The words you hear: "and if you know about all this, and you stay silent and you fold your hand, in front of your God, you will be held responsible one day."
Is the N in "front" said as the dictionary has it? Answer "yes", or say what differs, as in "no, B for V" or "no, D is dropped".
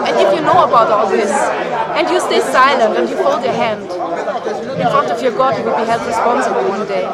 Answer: no, N is dropped